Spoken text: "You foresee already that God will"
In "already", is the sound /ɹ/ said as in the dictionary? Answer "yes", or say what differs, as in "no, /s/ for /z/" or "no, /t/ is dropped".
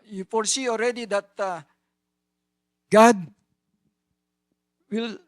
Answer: yes